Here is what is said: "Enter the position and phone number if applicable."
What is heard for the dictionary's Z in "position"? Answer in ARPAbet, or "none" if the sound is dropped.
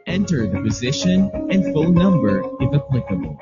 Z